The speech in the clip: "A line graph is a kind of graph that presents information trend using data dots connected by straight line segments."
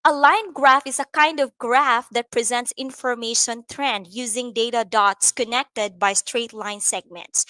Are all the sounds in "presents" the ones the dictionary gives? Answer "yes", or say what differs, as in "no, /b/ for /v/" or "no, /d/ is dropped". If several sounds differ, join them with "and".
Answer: yes